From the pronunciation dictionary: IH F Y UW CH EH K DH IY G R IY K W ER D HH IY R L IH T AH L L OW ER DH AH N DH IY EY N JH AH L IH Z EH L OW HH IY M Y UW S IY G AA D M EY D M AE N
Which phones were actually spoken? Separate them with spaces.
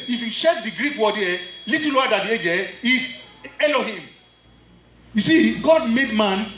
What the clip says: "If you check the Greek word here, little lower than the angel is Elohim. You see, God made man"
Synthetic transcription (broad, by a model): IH F Y UW SH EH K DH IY G R IY K W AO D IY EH L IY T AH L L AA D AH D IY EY JH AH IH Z EH L OW HH IY M Y UW S IY G AA D M EY D M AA N